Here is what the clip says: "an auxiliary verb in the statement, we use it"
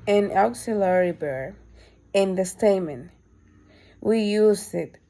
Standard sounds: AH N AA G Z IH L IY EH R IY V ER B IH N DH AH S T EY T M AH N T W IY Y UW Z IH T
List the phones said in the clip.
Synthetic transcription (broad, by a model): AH N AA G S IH L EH R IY B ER IH N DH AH S T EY M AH N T W IY Y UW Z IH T